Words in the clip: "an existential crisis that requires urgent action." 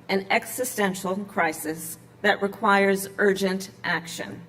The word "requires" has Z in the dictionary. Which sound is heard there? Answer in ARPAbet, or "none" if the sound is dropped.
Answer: Z